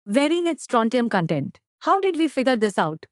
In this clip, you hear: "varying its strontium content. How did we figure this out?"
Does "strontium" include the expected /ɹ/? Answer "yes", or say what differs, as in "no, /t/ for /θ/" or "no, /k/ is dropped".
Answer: yes